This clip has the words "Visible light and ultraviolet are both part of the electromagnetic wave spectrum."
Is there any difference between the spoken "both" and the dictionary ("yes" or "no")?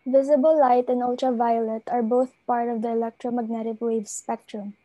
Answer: no